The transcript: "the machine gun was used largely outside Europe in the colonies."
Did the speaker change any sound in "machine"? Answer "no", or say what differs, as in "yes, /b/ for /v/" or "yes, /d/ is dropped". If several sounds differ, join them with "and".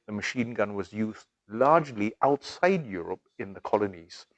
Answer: no